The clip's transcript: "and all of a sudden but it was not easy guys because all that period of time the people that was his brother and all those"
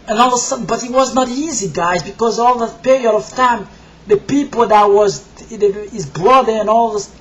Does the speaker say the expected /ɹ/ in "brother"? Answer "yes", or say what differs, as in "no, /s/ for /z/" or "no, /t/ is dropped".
no, /l/ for /ɹ/